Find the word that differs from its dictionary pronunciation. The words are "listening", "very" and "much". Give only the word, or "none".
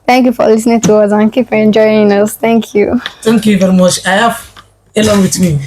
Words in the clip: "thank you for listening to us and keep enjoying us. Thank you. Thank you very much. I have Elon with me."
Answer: none